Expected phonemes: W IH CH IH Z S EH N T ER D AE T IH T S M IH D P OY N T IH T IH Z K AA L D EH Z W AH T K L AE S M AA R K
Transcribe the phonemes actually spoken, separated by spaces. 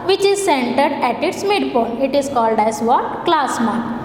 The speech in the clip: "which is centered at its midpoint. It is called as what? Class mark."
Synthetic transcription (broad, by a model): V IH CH IH Z S EH N T ER D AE T IH T S M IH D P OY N IH T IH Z K AA L D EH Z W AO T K L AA S M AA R